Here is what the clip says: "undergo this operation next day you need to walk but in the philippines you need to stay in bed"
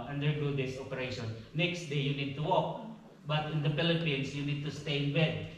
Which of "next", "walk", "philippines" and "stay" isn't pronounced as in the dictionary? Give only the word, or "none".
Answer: philippines